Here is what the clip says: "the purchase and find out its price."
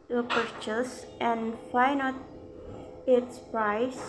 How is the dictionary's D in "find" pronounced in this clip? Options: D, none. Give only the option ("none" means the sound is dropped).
none